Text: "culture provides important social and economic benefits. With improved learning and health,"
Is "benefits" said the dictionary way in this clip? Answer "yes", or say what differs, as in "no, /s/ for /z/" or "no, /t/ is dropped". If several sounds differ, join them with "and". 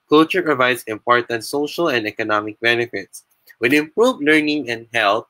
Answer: yes